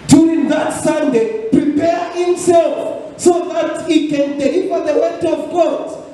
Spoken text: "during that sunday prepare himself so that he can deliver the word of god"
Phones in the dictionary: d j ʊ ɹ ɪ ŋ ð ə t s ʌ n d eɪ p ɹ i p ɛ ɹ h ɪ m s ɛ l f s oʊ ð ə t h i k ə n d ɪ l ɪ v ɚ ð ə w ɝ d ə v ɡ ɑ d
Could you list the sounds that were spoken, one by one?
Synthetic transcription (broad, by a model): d j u ɹ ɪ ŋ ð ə t s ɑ n d eɪ p ɹ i p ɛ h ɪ m s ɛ l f s oʊ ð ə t h i k ə n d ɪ ɪ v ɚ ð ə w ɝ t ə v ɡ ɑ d